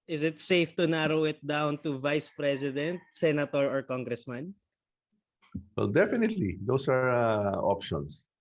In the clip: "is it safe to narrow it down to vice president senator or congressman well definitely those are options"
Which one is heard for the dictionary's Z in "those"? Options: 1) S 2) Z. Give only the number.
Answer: 1